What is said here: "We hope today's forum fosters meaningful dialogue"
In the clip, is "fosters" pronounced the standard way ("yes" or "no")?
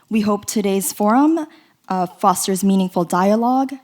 yes